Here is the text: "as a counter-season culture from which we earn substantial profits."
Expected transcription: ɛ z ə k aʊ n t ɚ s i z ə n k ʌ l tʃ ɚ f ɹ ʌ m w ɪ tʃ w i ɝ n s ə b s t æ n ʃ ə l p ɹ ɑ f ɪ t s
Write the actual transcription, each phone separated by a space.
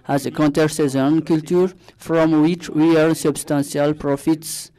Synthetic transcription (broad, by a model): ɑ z ə k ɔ n t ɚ s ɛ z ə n k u l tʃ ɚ f ɹ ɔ m w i tʃ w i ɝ l s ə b s t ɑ n s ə l p ɹ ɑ f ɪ t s